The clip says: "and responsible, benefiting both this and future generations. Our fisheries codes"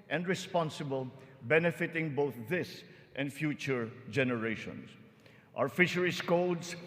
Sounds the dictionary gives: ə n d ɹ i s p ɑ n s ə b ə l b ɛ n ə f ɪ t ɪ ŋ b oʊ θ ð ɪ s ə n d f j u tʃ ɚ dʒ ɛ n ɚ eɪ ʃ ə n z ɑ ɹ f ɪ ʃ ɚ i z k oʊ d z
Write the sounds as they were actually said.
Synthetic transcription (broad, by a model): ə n d ɹ i s p ɑ n s ə b ə l b ɛ n ə f ɪ t ɪ ŋ b oʊ θ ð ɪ s ə n d f j u tʃ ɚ dʒ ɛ n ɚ eɪ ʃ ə n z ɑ w f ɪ ʃ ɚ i s k oʊ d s